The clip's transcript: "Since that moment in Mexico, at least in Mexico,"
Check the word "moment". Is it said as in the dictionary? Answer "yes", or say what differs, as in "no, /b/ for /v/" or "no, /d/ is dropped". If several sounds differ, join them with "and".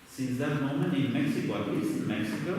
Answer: no, /t/ is dropped